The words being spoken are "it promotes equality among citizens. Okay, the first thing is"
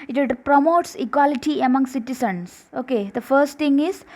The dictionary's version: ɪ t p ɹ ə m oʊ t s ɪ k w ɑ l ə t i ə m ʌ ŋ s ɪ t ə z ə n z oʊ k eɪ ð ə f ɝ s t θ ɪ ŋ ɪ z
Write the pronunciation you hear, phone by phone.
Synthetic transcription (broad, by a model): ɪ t p ɹ ə m oʊ t s ɪ k w ɑ l ə t i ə m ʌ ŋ s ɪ t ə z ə n s oʊ k eɪ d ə f ɝ s t t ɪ ŋ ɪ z